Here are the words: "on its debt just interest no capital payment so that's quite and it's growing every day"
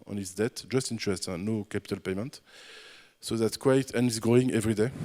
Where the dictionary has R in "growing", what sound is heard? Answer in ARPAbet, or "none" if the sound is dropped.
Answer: none